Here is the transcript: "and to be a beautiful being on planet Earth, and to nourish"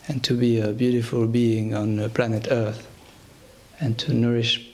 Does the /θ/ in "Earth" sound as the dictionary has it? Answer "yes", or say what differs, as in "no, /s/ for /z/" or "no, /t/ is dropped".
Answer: yes